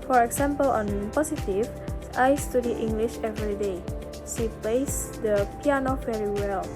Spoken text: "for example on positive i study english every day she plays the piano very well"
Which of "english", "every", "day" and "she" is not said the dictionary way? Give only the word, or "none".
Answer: none